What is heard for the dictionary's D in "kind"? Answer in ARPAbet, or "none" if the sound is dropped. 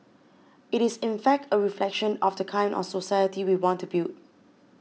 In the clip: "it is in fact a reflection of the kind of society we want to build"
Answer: none